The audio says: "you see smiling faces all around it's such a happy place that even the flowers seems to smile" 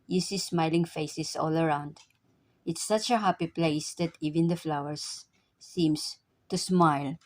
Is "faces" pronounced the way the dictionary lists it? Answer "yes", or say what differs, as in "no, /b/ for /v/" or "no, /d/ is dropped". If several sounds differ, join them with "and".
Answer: no, /s/ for /z/